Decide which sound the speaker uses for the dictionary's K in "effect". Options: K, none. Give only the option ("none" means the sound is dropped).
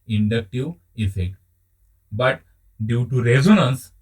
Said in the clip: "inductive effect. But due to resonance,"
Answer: K